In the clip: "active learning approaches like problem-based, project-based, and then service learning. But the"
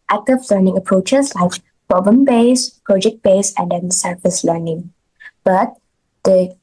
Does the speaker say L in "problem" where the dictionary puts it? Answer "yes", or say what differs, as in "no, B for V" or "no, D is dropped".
no, L is dropped